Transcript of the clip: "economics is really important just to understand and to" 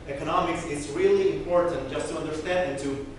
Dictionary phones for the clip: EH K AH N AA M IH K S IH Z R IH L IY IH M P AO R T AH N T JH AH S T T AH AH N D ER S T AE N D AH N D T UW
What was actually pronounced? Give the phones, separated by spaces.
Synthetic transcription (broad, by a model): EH K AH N AA M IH K S IH Z R IH L IY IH M P AO R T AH N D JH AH S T T AH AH N D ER S T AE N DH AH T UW